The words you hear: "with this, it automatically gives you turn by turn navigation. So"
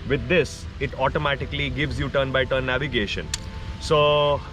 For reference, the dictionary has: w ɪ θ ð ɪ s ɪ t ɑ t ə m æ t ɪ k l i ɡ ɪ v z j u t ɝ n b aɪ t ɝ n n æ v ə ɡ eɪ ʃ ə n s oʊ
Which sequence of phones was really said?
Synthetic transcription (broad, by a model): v ɪ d ɪ s ɪ t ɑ t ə m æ t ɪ k l i ɡ ɪ v z j u t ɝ n b aɪ t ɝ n n æ v ə ɡ eɪ ʃ ə n s oʊ